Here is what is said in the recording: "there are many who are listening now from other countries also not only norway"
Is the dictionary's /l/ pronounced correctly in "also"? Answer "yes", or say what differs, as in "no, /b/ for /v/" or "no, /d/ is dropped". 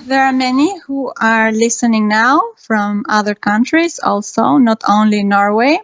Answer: yes